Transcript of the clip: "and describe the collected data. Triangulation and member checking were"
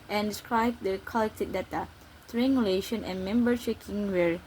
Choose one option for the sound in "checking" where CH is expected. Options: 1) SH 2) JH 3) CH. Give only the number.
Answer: 1